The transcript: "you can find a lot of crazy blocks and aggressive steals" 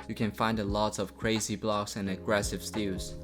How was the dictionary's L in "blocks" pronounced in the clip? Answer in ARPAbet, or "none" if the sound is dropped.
L